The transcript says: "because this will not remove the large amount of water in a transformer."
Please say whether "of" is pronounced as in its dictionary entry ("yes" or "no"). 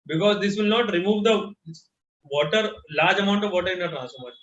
yes